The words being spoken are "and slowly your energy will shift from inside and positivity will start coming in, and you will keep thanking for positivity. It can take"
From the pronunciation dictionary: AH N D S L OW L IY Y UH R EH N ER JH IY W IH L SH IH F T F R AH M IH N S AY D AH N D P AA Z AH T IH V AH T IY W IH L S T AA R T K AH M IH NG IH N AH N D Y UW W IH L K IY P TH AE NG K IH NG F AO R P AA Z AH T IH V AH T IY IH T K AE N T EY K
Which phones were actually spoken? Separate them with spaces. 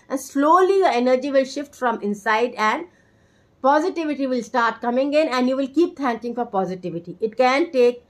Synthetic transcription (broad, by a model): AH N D S L OW L IY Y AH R EH N ER JH IY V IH L SH IH F T F R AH M IH N S AY D AH N D P AA Z AH T IH V AH T IY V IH L S T AA R T K AH M IH NG IH N AH N D Y UW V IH L K IY P T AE NG K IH NG F AO R P AA Z AH T IH V AH T IY IH T K AE N T EY K